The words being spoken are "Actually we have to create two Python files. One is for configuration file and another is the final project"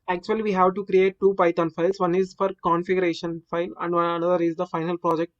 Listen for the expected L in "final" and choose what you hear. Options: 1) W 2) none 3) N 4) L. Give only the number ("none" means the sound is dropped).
4